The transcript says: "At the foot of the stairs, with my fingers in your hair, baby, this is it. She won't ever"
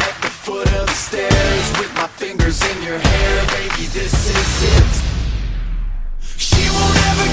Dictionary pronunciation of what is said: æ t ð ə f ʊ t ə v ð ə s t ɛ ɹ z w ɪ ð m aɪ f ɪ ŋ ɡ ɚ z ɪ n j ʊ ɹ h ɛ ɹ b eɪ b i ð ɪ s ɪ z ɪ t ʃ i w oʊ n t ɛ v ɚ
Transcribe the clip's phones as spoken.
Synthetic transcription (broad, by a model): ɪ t ð ə f ʊ t ə v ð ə s t ɛ ɹ z w ɪ ð m aɪ f ɪ ŋ ɡ ɚ z ɪ n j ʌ ɹ h ɛ ɹ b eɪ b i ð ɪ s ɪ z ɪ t ʃ i w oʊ l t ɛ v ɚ